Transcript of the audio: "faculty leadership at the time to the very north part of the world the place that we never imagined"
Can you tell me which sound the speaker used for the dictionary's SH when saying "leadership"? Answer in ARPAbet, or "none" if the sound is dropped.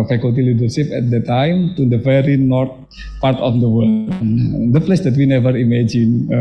S